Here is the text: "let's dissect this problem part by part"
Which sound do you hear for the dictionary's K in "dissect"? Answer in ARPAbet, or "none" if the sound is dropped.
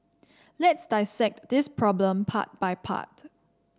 K